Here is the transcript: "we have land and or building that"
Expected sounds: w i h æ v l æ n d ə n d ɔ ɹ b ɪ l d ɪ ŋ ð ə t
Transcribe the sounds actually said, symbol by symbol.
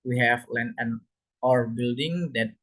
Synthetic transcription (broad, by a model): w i h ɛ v l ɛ n ə n ɔ ɹ b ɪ l d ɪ ŋ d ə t